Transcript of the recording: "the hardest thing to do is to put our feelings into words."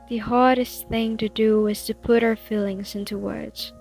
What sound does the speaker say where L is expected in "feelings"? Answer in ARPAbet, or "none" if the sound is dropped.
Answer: L